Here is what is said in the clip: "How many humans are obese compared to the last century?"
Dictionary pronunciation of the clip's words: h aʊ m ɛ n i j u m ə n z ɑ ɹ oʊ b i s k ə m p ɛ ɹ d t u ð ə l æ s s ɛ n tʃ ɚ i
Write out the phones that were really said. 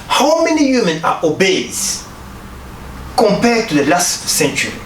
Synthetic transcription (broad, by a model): h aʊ m ɛ n i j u m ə n ɑ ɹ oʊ b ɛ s k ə m p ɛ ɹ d t u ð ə l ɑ s s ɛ n tʃ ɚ i